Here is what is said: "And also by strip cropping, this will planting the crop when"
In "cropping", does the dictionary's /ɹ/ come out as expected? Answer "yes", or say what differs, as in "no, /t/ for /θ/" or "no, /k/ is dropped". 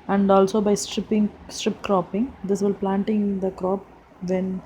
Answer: yes